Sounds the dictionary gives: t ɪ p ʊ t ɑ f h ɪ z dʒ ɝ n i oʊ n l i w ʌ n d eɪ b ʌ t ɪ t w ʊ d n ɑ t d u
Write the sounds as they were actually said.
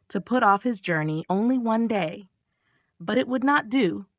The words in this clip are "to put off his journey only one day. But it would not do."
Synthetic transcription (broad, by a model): t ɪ p ʊ t ɑ f h ɪ z dʒ ɝ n i oʊ n l i w ʌ n d eɪ b ʌ t ɪ t w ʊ d n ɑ t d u